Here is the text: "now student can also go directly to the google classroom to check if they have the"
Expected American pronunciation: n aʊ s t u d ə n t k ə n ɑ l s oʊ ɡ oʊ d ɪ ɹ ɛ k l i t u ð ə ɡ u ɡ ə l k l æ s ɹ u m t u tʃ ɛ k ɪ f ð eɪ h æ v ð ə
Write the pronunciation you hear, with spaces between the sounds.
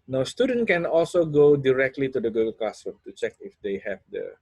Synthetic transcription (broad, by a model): n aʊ s t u d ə n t k ə n ɑ l s oʊ ɡ oʊ d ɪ ɹ ɛ k l i t u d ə ɡ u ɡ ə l k ɑ s ʌ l t u tʃ ɛ k ɪ f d eɪ h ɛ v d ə